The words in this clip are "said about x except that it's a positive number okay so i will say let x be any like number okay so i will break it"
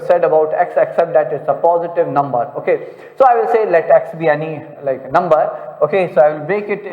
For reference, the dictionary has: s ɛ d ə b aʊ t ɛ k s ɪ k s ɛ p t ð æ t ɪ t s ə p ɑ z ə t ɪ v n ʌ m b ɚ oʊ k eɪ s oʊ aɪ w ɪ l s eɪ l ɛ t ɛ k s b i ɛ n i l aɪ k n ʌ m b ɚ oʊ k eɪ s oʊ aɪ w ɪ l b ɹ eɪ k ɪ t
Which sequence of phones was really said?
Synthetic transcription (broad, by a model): s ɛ d ə b aʊ t ɛ k s ɪ k s ɛ p t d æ t ɪ t s ə p ɑ z ə t ɪ v n ʌ m b ɚ oʊ k eɪ s oʊ aɪ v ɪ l s eɪ l ɛ t ɛ k s b i ɛ n i l aɪ k n ʌ m b ɚ oʊ k eɪ s oʊ aɪ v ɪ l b eɪ k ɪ t